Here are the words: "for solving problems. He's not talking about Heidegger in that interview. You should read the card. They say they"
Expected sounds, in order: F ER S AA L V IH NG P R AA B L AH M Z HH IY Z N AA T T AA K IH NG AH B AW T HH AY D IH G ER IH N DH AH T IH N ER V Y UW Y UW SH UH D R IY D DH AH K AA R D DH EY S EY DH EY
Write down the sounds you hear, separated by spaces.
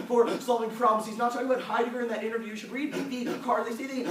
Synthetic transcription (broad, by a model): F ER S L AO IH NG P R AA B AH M S HH IY Z N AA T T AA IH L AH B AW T HH AY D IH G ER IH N DH AH T IH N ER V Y Y UW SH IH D R IY D DH AH K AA R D DH EY S EY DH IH